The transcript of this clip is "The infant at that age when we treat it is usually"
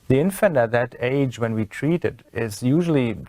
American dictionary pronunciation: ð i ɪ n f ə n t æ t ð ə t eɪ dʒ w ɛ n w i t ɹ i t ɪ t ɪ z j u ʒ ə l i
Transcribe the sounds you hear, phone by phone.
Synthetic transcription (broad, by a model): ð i ɪ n f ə n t æ t ð ə t eɪ dʒ w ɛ n w i t ɹ i t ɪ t ɪ z j u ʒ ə l i